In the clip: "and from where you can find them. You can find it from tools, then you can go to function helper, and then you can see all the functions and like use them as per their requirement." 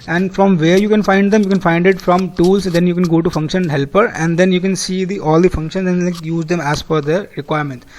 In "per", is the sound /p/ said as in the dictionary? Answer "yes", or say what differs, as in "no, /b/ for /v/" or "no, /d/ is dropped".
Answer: no, /f/ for /p/